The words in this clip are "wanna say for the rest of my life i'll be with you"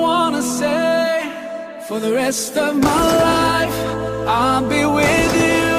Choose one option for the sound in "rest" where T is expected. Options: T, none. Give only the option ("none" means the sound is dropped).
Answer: T